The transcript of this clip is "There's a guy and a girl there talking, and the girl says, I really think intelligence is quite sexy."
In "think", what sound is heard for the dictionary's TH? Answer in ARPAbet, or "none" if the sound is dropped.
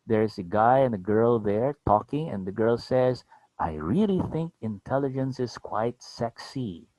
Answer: TH